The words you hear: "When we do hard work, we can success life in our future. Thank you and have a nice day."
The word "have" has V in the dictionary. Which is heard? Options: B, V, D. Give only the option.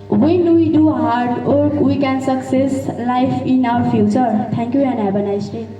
B